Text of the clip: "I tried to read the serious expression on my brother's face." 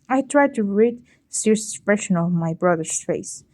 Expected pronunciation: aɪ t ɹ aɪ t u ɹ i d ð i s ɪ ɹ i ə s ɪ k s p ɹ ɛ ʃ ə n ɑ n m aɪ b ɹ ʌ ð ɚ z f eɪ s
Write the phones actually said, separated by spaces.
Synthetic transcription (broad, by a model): aɪ t ɹ aɪ t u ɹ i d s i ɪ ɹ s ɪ s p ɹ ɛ ʃ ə n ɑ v m aɪ b ɹ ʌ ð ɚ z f eɪ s